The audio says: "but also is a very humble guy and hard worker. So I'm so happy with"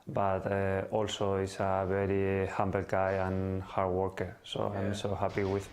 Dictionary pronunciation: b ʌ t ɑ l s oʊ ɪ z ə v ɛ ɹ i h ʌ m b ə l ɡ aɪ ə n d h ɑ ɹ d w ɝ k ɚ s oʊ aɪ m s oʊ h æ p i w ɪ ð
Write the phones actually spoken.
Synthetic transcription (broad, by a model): b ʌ t ɑ l s oʊ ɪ s ə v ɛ ɹ i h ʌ m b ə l ɡ aɪ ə n h ɑ ɹ d w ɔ k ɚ s oʊ aɪ m s oʊ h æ p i w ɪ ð